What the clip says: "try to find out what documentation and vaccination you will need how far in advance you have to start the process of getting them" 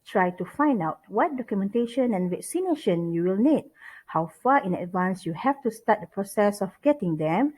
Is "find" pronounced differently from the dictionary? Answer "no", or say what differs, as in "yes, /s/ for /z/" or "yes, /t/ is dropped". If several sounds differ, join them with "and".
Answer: no